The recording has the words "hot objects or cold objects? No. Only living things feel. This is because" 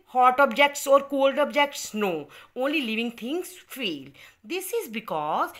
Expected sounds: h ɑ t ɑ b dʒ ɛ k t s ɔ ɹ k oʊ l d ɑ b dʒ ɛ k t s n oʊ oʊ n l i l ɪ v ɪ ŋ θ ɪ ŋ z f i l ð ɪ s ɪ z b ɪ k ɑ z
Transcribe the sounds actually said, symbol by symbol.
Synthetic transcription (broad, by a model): h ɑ t ɑ b dʒ ɛ k t s ɔ ɹ k oʊ l d ɑ b dʒ ɛ k t s n oʊ oʊ n l i l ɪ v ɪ ŋ t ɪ ŋ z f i l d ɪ s ɪ z b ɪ k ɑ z